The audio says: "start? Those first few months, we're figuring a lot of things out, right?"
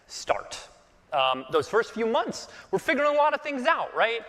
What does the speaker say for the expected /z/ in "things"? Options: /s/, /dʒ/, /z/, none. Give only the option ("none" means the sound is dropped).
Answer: /z/